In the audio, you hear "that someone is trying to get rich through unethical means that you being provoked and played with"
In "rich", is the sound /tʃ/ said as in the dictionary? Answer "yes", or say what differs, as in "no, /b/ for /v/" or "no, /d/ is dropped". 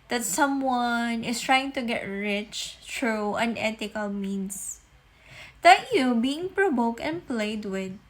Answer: yes